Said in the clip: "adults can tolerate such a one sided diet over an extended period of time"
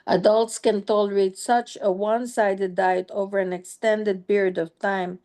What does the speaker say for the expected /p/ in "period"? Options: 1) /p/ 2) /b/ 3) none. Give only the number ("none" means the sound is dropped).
2